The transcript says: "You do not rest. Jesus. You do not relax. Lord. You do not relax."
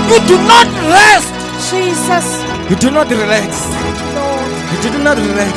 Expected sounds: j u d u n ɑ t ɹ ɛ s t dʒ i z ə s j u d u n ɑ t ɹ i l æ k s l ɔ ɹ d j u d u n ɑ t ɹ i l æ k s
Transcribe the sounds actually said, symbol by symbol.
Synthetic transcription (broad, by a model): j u d u n ɑ t l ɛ s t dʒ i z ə s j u d u n ɑ t ɹ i l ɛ k s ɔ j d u d u n ɑ t ɹ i l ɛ k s